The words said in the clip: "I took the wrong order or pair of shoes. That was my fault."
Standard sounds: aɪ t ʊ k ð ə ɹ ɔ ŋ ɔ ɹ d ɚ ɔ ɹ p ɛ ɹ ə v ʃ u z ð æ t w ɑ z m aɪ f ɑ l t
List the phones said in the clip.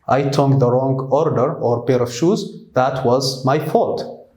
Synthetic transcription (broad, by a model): aɪ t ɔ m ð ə ɹ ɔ ŋ ɔ ɹ d ɚ ɔ ɹ b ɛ ɹ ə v ʃ u z ð æ t w ɑ z m aɪ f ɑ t